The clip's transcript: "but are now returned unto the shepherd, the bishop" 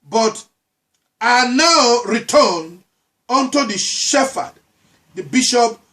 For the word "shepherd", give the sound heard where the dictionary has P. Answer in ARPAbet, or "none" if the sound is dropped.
F